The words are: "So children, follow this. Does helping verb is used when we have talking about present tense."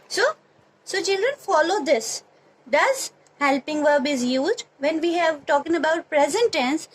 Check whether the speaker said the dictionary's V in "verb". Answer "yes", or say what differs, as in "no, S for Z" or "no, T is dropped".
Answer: yes